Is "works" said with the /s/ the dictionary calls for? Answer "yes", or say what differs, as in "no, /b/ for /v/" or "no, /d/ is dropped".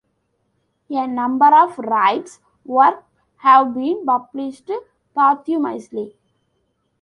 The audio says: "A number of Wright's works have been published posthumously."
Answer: no, /s/ is dropped